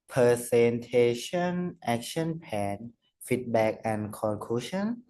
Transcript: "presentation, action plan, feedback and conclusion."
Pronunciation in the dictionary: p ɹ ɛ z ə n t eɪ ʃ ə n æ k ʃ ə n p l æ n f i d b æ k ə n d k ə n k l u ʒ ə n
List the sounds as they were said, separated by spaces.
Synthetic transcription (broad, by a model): p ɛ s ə n t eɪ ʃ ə n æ k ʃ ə n p æ n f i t b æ k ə n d k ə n k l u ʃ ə n